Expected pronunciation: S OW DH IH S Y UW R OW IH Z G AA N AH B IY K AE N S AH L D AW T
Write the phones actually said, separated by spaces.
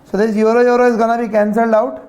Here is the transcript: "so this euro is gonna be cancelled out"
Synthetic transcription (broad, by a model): S OW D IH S Y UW R OW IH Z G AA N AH B IY K AE N S AH L D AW T